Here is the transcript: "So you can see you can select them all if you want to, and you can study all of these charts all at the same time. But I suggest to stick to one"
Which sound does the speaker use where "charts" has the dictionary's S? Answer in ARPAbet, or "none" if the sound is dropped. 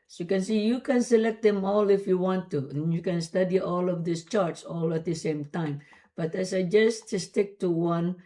S